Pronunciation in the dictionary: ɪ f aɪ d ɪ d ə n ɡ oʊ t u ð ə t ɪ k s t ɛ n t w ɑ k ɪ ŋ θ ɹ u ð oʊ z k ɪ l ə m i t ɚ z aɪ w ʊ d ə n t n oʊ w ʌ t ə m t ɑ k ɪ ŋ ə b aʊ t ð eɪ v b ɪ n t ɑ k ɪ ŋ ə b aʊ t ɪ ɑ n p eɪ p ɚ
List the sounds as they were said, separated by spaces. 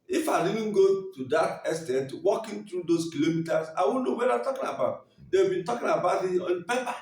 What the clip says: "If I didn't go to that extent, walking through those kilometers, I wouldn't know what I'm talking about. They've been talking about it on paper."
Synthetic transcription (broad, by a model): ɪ f aɪ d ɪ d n ɡ oʊ t u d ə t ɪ s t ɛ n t w ɑ k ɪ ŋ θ ɹ u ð oʊ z k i l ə m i t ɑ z aɪ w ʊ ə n n oʊ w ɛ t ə t ɑ k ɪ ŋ ə b aʊ t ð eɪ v b ɪ n t ɑ k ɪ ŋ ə b aʊ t ɪ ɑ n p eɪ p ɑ